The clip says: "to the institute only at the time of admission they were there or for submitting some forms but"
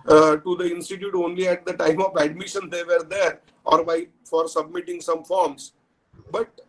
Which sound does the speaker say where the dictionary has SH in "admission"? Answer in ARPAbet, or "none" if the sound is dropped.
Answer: SH